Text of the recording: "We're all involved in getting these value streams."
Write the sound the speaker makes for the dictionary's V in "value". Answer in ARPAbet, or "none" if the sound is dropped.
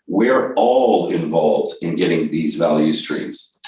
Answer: V